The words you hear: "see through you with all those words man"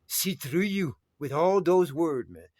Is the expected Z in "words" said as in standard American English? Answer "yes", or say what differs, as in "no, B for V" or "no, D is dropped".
no, Z is dropped